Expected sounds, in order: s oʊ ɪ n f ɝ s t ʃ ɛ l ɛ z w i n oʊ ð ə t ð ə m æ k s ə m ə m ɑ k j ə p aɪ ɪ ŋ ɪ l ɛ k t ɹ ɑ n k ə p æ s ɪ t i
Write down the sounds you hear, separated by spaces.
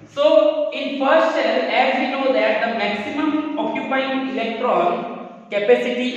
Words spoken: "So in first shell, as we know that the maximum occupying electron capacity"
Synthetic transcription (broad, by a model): s oʊ ɪ n f ɝ s t s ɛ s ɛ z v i n oʊ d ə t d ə m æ k s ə m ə m ɑ k j ə p aɪ ɪ ŋ ɪ l ɛ k t ɹ ɑ n k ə p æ s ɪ t i